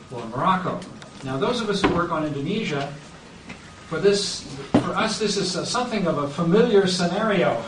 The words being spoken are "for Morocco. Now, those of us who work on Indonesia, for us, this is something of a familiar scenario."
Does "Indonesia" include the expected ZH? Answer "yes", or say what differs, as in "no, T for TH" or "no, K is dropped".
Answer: yes